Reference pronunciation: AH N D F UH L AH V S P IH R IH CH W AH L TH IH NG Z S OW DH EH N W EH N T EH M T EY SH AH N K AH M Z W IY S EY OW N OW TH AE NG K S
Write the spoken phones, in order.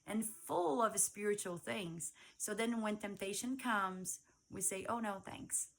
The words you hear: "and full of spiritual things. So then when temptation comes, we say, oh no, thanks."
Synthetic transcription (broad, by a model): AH N F UH L AH V S P IH R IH CH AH L TH IH NG Z S OW DH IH N W EH N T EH M T EY SH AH N K AH M Z W IY S EY OW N OW TH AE NG K S